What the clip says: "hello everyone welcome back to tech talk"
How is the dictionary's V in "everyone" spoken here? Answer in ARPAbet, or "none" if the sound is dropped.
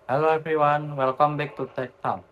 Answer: F